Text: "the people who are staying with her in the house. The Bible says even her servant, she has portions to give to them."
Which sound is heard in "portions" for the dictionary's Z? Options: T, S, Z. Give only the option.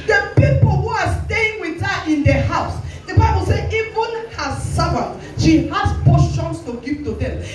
S